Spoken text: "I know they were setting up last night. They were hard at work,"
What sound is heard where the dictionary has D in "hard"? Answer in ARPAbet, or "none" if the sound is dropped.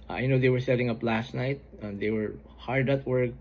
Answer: D